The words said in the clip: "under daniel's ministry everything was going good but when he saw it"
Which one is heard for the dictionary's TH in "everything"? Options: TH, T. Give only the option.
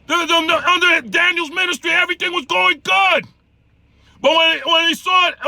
TH